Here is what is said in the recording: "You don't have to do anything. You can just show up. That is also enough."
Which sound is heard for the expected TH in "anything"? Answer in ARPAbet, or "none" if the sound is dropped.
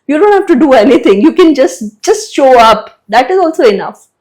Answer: T